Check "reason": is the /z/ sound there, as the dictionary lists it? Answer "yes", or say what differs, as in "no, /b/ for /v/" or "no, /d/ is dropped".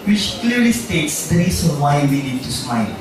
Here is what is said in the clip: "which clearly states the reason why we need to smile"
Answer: no, /s/ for /z/